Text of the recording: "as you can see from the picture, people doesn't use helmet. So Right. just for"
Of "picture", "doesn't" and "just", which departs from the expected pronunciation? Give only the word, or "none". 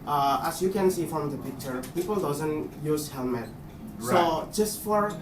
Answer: none